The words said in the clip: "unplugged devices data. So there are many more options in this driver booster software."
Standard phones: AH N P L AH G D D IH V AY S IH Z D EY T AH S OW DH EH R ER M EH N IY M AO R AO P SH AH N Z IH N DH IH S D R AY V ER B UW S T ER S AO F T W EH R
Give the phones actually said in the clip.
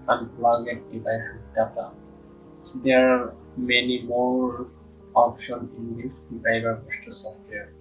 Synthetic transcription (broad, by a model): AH N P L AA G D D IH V AY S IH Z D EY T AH S OW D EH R M EH N IY M AO R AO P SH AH N IH N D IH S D R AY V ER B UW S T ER S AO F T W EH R